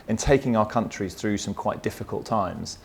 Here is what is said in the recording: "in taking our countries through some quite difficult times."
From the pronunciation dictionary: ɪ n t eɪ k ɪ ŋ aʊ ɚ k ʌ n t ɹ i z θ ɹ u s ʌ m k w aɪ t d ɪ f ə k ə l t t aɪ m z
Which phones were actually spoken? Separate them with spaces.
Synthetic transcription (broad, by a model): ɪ n t eɪ k ɪ ŋ aʊ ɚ k ʌ n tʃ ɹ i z θ ɹ u s ʌ m k w aɪ t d ɪ f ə k ə l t t aɪ m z